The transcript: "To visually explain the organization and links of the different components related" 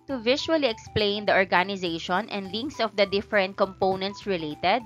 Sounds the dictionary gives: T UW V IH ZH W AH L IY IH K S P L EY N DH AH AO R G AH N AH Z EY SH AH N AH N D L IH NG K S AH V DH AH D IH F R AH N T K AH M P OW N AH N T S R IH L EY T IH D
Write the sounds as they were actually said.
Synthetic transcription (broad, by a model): T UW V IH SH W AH L IY IH K S P L EY N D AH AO R G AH N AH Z EY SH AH N AH N D L IH NG K S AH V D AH D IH F R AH N T K AH M P OW N AH N T S R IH L EY T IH D